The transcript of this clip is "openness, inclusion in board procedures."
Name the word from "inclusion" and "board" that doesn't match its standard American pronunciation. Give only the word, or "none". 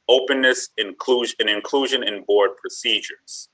none